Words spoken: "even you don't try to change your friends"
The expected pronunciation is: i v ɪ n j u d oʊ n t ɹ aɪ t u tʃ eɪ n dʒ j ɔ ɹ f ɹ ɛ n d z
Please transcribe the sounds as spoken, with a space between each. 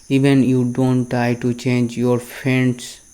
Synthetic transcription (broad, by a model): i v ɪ n j u d oʊ n t ɹ aɪ t u tʃ eɪ n dʒ j ɔ ɹ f ɹ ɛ n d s